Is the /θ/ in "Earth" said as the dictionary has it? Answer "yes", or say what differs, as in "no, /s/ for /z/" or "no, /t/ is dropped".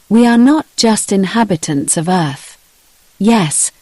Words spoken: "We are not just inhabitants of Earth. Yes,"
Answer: yes